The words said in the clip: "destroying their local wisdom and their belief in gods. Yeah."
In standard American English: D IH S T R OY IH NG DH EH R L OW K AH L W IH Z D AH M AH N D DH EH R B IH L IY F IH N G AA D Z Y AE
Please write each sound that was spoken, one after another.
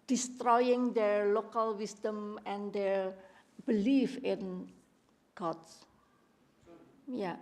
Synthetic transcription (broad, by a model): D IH S T R OY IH NG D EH R L OW K AH L W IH S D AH M AH N D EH R B IH L IY F IH N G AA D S Y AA